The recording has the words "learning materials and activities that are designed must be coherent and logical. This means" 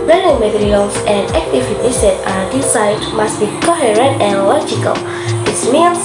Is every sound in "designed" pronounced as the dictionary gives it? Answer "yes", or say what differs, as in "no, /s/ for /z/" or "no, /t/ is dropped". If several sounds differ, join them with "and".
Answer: no, /s/ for /z/ and /n/ is dropped